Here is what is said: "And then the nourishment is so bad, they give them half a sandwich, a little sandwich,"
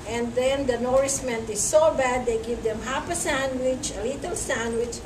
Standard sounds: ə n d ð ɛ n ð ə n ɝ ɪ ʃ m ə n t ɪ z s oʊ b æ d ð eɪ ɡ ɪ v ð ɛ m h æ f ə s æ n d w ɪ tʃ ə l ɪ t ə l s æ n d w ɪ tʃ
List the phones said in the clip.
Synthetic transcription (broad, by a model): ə n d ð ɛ n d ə n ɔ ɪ s m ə n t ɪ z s oʊ b æ d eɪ ɡ ɪ v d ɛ m h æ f ə s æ n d w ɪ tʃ ə l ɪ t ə l s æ n d w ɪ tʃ